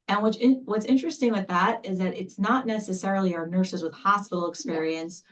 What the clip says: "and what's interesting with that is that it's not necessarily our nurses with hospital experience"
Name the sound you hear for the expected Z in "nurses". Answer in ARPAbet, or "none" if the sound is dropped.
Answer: Z